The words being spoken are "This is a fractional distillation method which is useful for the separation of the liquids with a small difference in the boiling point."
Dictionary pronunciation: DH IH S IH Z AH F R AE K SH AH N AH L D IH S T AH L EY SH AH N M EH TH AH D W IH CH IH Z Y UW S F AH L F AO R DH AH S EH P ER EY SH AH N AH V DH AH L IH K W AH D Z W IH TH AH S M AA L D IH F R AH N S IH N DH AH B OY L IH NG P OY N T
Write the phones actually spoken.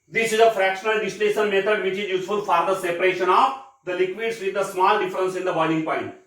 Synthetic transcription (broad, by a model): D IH S IH Z AH F R AE K SH AH N AH L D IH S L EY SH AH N M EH T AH D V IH CH IH Z Y UW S F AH L F AO R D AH S EH P ER EY SH AH N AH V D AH L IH K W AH D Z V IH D AH S M AA L D IH F R AH N S IH N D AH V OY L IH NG P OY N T